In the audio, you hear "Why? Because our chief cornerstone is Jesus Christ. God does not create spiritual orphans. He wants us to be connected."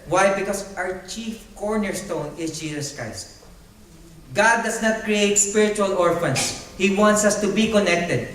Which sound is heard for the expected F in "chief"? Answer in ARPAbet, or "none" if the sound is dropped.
F